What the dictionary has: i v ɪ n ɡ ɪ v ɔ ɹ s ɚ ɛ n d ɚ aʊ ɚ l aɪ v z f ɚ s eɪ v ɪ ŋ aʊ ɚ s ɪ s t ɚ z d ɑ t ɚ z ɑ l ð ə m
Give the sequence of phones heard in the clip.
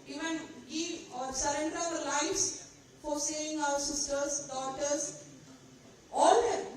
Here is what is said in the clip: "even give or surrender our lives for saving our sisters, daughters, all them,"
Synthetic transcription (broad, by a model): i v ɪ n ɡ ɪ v ɔ ɹ s ɚ ɛ n d ɚ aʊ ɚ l aɪ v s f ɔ s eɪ ɪ ŋ aʊ ɚ s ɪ s t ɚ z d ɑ t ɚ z ɑ l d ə